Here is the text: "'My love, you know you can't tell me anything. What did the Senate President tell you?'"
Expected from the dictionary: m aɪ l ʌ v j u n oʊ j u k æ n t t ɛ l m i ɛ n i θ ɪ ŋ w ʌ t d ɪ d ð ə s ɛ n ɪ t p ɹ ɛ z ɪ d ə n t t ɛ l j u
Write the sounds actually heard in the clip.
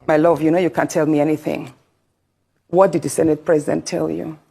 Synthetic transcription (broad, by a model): m aɪ l ʌ v j u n oʊ j u k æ n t t ɛ l m i ɛ n i θ ɪ ŋ w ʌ t d ɪ d ð ə s ɛ n ɪ t p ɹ ɛ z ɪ d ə n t t ɛ l j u